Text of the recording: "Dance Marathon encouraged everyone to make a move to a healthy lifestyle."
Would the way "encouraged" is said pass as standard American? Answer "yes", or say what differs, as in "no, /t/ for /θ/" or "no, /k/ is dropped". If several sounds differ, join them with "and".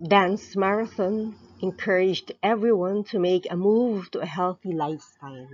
yes